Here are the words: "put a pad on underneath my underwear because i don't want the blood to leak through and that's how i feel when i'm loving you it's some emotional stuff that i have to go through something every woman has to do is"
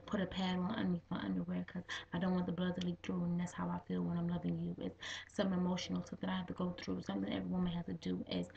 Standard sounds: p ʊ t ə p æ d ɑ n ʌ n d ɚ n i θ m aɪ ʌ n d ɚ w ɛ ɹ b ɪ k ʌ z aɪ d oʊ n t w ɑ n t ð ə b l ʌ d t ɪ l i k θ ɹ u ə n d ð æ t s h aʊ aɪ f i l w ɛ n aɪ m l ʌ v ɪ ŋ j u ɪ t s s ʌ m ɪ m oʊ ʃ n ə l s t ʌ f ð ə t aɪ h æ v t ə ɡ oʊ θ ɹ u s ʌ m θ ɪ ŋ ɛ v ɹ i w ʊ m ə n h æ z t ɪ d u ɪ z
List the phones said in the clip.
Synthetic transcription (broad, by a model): p ʊ t ə p æ d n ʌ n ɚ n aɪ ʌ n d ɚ w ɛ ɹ k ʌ z aɪ d oʊ n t w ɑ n ð ə b l ʌ d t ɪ l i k θ ɹ u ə n ð æ t s h aʊ aɪ f i l w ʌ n aɪ m l ʌ v ɪ ŋ j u ɪ t s s ʌ m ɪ m oʊ ʃ n l s ʌ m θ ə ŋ aɪ h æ f t ə ɡ oʊ θ ɹ u s ʌ m θ ɪ ŋ ɛ v ɹ i w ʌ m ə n h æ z t ɪ d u ɪ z